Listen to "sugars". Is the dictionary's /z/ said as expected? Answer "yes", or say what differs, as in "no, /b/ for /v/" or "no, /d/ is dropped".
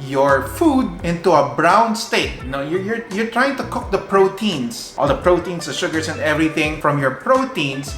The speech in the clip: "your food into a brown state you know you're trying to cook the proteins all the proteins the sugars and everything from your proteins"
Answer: no, /s/ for /z/